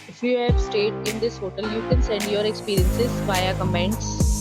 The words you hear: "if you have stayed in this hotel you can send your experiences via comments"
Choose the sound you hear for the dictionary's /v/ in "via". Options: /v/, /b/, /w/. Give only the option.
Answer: /b/